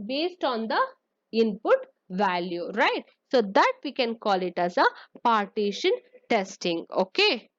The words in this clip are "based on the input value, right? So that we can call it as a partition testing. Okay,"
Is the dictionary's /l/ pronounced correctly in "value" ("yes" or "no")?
yes